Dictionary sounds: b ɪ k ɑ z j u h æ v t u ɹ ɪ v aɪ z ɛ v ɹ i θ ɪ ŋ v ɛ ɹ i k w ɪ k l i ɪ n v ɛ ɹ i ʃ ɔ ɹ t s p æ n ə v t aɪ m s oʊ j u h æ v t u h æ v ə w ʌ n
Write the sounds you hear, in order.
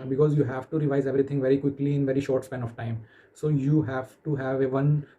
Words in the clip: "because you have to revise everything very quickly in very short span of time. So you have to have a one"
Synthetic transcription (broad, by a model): b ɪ k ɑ z j u h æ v t u ɹ ɪ v aɪ z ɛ v ɹ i t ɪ ŋ v ɛ ɹ i k w ɪ k l i ɪ n v ɛ ɹ i ʃ ɔ ɹ t s p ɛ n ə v t aɪ m s oʊ j u h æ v t u h æ v ə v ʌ n